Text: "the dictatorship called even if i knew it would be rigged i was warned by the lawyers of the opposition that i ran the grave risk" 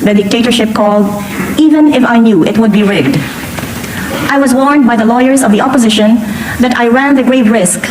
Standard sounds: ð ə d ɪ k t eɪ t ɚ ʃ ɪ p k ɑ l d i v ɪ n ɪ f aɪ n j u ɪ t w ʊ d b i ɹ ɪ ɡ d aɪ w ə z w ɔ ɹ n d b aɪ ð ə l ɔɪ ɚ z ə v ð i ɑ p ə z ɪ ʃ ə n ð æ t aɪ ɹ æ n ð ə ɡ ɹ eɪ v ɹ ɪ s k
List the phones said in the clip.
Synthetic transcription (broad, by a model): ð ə d ɪ k t eɪ t ɚ ʃ ɪ p k ɑ l d i v ɪ n ɪ f aɪ n j u ɪ t w ʊ d b i ɹ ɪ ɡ d aɪ w ə z w ɔ ɹ n d b aɪ ð ə l ɔɪ ɚ z ə v ð i ɑ p ə z ɪ ʃ ə n ð æ t aɪ ɹ æ n ð ə ɡ ɹ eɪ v ɹ ɪ s k